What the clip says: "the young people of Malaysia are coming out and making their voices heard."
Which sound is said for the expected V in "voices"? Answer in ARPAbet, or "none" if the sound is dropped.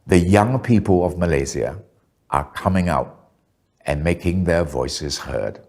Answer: V